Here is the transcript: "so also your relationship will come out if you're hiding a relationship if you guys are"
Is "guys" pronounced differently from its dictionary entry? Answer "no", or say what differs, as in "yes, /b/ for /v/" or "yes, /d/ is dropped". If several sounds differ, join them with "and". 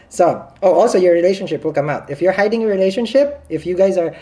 no